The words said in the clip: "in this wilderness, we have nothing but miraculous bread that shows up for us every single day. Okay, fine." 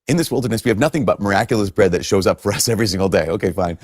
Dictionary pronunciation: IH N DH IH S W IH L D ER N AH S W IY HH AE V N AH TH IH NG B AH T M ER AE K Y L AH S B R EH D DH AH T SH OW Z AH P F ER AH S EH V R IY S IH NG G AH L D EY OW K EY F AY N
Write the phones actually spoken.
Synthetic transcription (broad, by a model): IH N DH IH S W IH L D ER N AH S W IY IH V N AH TH IH NG B AH T M ER AE K Y L AH S B R EH D DH AH T SH OW Z AH P F ER AH S EH V R IY S IH NG G L D EY OW K EY F AY N